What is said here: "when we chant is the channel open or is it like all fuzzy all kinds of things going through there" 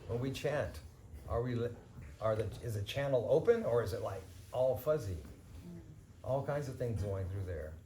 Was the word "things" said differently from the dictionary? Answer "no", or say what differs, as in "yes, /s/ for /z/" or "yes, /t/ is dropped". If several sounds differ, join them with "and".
no